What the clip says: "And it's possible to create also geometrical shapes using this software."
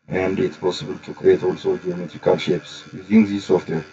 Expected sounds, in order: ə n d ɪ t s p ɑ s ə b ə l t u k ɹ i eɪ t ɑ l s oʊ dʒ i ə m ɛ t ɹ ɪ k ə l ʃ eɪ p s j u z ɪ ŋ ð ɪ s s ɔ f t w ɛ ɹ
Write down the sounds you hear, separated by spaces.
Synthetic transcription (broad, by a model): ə n d ɪ t s p ɑ s ə b ə l t u k ɹ i eɪ t ɑ l s oʊ dʒ i ə m ɛ t ɹ ɪ k ə l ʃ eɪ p s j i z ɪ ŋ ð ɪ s s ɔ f t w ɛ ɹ